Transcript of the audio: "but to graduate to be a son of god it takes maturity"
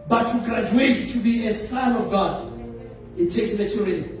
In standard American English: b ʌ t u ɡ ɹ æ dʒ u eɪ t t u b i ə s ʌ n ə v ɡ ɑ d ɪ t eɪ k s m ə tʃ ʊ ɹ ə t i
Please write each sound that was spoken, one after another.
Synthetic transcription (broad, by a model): b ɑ t u ɡ ɹ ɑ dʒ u eɪ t t u b i ə s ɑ n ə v ɡ ɑ d ɪ t eɪ k s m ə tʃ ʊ ɹ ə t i